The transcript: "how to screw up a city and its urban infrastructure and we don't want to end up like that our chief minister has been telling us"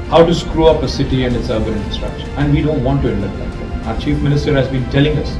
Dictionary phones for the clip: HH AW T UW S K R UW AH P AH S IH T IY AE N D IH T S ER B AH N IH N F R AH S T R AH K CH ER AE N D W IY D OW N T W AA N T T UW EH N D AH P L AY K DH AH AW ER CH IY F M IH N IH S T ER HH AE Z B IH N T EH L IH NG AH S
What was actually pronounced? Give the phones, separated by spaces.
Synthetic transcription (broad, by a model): HH AW T UW S K R UW AH P AH S IH T IY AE N D IH T S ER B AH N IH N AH S T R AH K SH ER AE N D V IY D OW N T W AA N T T UW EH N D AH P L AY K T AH AW ER CH IY F M IH N IH S T ER HH AE Z B IH N T EH L IH NG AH S